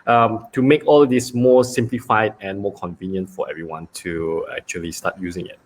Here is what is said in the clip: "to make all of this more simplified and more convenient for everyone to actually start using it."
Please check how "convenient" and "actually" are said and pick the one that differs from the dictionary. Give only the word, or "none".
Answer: none